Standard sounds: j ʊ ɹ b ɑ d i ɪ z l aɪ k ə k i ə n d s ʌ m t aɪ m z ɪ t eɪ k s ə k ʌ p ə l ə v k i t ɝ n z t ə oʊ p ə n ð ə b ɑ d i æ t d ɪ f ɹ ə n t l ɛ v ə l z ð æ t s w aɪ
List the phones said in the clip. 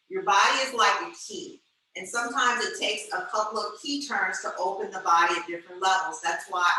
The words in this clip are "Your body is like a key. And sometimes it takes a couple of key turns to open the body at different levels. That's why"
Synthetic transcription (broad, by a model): j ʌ ɹ b ɑ d i ɪ z l aɪ k ə k i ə n s ʌ m t aɪ m z ɪ t eɪ k s ə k ʌ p l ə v k i t ɝ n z t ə oʊ p ə n ð ə b ɑ d i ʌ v d ɪ f ɹ ə n t l ɛ v l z ð æ t s w aɪ